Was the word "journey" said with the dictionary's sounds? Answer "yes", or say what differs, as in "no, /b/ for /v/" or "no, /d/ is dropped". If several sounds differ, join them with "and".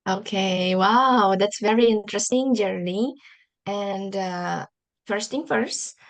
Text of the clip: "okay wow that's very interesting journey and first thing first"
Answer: no, /l/ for /n/